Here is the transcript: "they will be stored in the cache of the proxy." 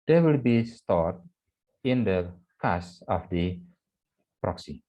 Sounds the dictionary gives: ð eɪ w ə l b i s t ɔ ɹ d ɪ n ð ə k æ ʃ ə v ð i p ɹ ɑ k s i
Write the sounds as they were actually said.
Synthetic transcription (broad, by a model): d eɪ w ə l b i s t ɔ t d ɪ n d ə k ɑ s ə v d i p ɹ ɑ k s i